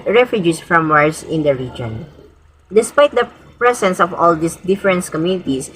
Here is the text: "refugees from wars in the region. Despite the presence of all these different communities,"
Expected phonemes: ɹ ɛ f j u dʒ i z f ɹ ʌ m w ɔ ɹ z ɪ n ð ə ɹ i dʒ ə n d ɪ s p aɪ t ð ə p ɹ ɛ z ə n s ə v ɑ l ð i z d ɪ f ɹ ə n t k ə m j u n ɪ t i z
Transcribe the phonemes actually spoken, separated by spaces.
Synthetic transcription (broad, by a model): ɹ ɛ f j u dʒ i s f ɹ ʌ m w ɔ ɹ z ɪ n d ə ɹ i dʒ ə n d ɪ s p aɪ t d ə p ɹ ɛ s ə n s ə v ɑ l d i s d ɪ f ɹ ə n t k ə m j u n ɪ t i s